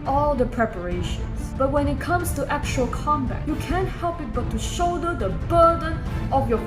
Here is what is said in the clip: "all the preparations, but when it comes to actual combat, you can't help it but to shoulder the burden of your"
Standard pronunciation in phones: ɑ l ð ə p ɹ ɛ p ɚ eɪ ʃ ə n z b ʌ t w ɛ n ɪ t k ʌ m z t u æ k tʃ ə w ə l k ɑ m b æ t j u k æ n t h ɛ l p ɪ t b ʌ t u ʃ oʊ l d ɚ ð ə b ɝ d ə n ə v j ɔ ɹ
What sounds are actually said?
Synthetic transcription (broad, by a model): ɑ l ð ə p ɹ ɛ p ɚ eɪ ʃ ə n s b ʌ t w ɛ n ɪ t k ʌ m s t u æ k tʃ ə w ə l k ɑ m b æ t j u k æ n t h ɛ l p ɪ t b ʌ t u ʃ oʊ d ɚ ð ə b ɝ d ə n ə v j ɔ